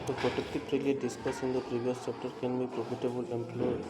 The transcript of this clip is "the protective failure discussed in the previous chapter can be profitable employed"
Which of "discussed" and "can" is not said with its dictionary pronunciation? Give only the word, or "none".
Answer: discussed